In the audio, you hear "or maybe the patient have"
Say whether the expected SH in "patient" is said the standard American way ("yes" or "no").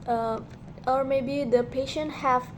yes